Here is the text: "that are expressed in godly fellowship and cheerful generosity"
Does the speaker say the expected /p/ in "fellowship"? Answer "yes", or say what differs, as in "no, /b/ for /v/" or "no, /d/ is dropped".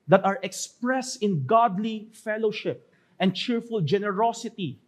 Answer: yes